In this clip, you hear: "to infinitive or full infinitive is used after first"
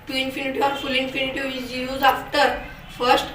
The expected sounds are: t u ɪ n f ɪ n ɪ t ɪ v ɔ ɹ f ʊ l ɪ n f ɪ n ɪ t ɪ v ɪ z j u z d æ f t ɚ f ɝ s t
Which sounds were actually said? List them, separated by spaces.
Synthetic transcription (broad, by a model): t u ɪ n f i n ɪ t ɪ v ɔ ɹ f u l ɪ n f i n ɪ t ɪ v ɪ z j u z ɑ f t ɚ f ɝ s t